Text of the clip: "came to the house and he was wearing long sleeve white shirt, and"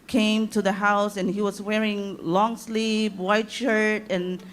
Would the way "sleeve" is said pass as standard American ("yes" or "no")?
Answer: no